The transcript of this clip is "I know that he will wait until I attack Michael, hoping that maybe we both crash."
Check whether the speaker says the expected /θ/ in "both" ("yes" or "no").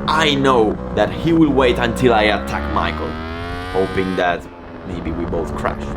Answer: yes